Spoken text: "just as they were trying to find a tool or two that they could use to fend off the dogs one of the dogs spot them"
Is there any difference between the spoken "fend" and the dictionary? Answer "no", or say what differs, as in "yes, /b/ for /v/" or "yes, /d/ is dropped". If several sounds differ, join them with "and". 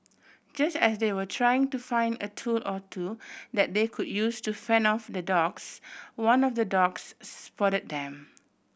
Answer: yes, /d/ is dropped